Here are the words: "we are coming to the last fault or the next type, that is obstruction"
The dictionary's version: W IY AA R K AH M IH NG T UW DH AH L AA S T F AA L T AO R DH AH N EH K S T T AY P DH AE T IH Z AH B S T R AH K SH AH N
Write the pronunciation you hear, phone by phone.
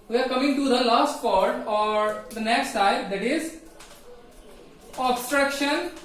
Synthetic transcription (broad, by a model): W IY AA R K AH M IH NG T UW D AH L AA S T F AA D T AO R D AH N EH K S T S AY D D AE T IH Z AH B S T R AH K SH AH N